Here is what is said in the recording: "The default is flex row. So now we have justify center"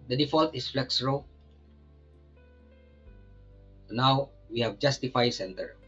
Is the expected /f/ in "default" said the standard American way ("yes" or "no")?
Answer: yes